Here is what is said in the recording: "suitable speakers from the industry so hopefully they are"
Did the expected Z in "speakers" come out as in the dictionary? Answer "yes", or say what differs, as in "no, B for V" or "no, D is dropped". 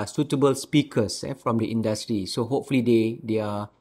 no, S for Z